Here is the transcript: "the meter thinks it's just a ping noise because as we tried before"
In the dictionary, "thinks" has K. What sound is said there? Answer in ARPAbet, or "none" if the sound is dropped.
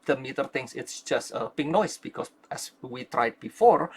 none